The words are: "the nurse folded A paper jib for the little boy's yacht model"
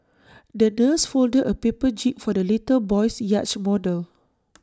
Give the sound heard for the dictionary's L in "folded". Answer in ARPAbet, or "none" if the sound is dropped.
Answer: L